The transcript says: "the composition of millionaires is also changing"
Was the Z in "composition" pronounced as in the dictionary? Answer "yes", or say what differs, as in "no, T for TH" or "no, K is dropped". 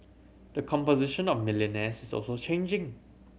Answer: yes